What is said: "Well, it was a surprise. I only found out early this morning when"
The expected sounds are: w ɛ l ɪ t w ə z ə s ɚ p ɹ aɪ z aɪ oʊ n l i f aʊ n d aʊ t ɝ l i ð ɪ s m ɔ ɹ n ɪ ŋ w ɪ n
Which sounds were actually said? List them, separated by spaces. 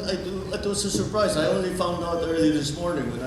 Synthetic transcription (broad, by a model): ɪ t ɪ t w ə z ə s ɚ p ɹ aɪ z aɪ oʊ n l i f aʊ n d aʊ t ɝ l i ð ɪ s m ɔ ɹ n ɪ ŋ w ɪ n